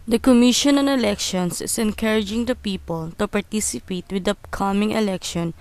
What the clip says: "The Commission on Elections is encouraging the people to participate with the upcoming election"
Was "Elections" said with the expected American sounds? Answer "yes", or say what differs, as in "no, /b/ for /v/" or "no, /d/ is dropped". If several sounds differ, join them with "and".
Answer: no, /s/ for /z/